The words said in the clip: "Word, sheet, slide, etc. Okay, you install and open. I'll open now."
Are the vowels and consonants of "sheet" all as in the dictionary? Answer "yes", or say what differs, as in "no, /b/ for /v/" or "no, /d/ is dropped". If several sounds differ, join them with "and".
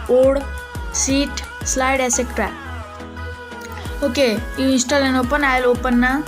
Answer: no, /s/ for /ʃ/